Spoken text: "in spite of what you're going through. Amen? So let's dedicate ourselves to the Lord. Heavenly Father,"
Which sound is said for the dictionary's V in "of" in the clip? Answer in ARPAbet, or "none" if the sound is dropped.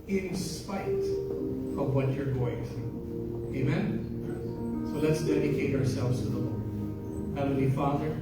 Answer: V